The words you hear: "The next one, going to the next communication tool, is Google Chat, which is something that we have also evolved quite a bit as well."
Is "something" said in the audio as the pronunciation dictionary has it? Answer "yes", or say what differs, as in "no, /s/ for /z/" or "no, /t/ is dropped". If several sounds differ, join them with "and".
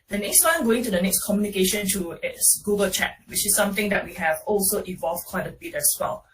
no, /t/ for /θ/